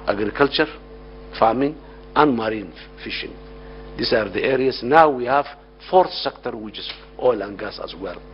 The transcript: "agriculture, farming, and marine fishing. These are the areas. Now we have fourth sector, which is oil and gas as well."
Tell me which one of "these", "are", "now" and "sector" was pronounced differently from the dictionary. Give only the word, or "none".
these